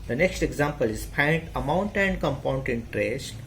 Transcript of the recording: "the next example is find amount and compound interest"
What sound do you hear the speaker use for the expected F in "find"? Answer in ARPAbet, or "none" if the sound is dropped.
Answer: P